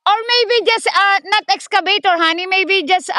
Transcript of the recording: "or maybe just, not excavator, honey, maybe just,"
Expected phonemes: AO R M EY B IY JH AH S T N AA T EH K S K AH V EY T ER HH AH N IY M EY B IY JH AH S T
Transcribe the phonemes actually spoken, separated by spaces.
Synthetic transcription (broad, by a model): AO R M EY B IY JH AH S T N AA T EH K S K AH B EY T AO HH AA N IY M EY B IY JH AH S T